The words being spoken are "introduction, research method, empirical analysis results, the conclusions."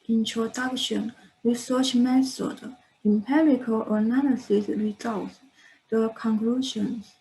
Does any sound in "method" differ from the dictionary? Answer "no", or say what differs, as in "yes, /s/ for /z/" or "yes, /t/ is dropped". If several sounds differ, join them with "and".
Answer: yes, /s/ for /θ/